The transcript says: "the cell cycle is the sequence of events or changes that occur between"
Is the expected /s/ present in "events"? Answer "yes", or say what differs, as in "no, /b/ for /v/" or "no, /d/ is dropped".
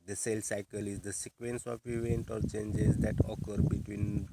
no, /s/ is dropped